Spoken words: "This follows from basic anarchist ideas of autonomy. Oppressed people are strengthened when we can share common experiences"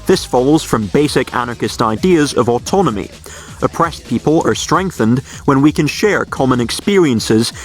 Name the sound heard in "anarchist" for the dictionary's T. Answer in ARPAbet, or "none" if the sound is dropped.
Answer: T